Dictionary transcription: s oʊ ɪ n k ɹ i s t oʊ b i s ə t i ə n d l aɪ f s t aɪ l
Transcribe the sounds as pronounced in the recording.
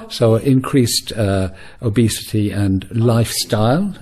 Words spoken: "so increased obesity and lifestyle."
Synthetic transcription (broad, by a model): s oʊ ɪ n k ɹ i s t oʊ b i s ə t i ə n l aɪ f s t aɪ l